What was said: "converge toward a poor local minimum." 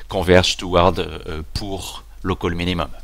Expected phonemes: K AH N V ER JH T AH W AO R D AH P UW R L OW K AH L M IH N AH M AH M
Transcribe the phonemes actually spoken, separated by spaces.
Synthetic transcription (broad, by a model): K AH V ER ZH T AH W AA R D P UW R L OW K AH L M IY N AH M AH M